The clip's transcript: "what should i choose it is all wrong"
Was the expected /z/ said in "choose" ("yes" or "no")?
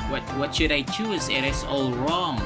yes